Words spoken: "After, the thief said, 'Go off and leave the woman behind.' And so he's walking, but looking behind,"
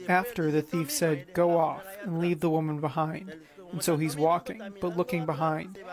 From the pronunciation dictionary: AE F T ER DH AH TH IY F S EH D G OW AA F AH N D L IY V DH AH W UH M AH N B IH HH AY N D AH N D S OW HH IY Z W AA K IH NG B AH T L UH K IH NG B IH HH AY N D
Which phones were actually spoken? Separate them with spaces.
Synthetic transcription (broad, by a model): AE F T ER DH AH TH IY F S EH D G OW AA F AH N L IY V DH AH W UH M AH N B IH HH AY N D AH N S OW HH IY Z W AA K IH NG B AH T L UH K IH NG B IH HH AY N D